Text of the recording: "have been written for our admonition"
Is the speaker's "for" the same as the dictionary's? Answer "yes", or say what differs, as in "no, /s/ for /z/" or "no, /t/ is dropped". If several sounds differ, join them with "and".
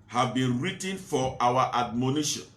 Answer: no, /w/ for /ɹ/